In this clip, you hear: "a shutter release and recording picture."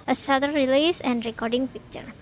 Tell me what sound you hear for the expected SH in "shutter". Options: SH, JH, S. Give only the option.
S